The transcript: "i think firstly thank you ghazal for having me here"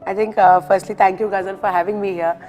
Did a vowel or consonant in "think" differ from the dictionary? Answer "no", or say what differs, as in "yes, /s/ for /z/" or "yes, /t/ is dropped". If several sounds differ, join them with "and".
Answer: yes, /t/ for /θ/